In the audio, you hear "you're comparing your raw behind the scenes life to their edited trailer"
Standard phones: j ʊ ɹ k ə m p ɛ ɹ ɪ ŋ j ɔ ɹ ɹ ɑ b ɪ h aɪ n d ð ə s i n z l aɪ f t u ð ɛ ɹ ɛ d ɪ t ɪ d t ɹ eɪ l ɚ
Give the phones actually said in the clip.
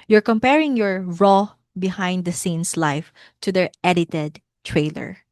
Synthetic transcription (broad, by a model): j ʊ ɹ k ə m p ɛ ɹ ɪ ŋ j ɔ ɹ ɹ ɑ b ɪ h aɪ n d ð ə s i n s l aɪ f t u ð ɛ ɹ ɛ d ɪ t ɪ d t ɹ eɪ l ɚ